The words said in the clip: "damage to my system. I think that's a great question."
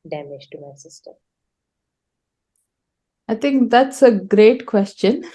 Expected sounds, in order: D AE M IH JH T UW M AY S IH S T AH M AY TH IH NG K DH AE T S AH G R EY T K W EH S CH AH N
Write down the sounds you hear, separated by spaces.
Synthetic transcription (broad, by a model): D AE M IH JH T UW M AY S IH S T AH AY T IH NG K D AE T S AH G R EY T K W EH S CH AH N